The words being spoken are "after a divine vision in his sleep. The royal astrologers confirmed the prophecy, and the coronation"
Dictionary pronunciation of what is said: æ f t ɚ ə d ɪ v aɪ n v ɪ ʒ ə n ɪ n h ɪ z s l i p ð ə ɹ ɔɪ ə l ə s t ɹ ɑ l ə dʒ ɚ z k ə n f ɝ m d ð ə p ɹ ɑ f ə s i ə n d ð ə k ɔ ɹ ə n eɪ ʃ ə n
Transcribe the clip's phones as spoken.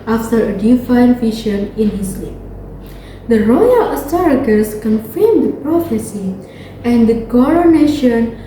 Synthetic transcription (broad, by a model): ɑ f t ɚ ə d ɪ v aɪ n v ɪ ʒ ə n ɪ n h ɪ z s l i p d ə ɹ ɔɪ ə l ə s t ɑ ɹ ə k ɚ s k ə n f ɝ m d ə p ɹ ɑ f ə s i ə n d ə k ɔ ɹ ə n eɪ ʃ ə n